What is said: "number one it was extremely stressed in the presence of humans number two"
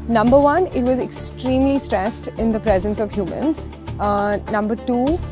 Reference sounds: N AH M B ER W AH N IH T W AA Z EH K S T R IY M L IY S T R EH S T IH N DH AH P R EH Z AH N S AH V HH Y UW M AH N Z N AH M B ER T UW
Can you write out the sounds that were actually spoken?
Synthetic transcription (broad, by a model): N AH M B ER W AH N IH T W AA Z EH K S T R IY M L IY S T R EH S T IH N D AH P R EH Z AH N S AH V HH Y UW M AH N Z N AH M B ER T UW